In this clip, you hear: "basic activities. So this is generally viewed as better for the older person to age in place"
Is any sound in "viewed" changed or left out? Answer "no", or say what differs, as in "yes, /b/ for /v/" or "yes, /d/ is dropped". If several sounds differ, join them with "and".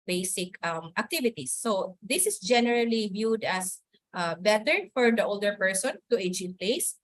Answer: no